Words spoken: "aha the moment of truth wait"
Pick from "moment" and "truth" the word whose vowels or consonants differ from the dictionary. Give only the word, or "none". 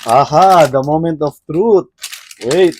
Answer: truth